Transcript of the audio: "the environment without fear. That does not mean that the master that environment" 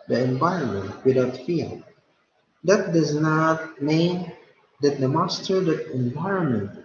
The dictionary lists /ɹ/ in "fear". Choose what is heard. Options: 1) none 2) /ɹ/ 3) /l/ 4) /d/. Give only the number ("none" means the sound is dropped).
3